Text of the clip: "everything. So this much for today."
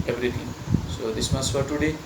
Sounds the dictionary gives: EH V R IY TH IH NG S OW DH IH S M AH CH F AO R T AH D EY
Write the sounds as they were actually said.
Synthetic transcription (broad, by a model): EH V R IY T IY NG S OW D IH S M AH S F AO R T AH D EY